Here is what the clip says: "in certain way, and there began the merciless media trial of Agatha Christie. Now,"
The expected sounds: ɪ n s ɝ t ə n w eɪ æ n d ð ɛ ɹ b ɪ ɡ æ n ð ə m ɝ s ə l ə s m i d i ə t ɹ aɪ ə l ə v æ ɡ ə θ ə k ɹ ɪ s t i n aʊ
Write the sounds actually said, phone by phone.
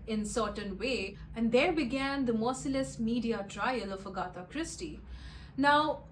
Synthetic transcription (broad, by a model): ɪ n s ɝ t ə n w eɪ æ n d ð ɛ ɹ b ɪ ɡ æ n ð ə m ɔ s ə l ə s m i d i ə t ɹ aɪ ə l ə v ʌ ɡ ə t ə k ɹ ɪ s t i n aʊ